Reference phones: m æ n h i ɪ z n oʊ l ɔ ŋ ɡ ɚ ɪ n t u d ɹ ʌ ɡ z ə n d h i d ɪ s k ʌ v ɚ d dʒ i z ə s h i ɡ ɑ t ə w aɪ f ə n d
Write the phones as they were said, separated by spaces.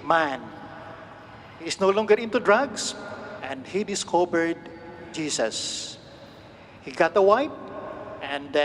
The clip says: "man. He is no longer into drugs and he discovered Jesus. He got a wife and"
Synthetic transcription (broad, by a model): m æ n h i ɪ s n oʊ l ɔ ŋ ɡ ɚ ɪ n t u d ɹ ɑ ɡ s ə n d h i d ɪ s k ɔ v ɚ d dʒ i s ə s h i ɡ ɑ t ə w aɪ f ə n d